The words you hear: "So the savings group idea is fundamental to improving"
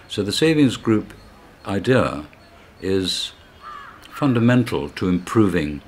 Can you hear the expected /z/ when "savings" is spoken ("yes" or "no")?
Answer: yes